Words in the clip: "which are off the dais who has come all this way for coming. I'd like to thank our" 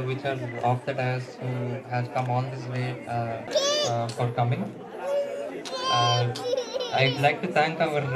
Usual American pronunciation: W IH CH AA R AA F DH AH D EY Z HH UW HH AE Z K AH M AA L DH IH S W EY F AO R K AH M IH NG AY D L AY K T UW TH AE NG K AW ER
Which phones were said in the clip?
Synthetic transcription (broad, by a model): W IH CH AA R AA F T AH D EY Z HH UW HH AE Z K AH M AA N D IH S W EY F AO R K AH M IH NG AY D L AY K T UW T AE NG K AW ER